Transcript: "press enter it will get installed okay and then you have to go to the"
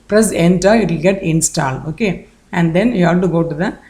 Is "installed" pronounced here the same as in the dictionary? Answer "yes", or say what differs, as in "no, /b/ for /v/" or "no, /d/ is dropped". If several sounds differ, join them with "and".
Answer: no, /d/ is dropped